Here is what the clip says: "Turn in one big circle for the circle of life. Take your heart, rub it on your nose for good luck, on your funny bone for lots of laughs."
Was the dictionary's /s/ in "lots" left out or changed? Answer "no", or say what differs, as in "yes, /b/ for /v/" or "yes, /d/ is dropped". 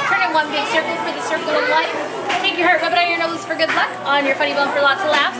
yes, /s/ is dropped